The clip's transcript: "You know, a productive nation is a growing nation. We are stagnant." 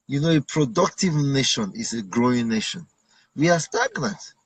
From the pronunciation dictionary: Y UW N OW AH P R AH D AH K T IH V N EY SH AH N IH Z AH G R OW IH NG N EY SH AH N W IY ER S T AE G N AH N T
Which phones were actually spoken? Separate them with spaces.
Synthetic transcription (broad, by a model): Y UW N OW AH P R AH D AH K T IH V N EY SH AH N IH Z AH G R OW IH NG N EY SH AH N W IY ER S T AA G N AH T